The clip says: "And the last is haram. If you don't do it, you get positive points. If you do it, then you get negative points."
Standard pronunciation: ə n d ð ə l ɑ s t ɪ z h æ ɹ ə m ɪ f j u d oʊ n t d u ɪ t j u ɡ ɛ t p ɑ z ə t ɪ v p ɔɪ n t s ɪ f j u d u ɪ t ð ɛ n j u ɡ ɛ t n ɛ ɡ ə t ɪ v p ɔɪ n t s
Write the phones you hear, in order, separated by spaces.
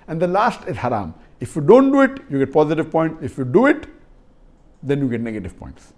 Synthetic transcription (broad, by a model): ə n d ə l ɑ s t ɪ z h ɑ ɹ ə m ɪ f j u d oʊ n t d u ɪ t j u ɡ ɛ t p ɑ z ə t ɪ v p ɔɪ n t s ɪ f j u d u ɪ t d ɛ n j u ɡ ɛ t n ɛ ɡ ə t ɪ v p ɔɪ n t s